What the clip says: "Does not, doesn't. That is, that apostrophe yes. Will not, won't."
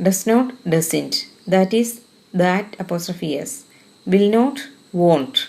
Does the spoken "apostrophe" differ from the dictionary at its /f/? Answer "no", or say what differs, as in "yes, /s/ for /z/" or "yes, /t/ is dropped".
no